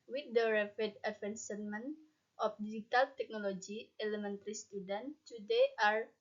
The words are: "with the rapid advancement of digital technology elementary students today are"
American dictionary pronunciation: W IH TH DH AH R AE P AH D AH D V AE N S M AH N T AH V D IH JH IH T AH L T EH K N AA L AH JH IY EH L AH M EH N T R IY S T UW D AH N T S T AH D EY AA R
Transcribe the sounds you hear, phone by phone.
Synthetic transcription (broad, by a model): W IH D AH R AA F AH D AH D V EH N S M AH N T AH F D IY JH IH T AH L T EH K N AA L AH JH IY EH L AH M EH N T R IY S T UW D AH N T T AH D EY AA R